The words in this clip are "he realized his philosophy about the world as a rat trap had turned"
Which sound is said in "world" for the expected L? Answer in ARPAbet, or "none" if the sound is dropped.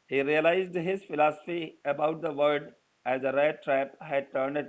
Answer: none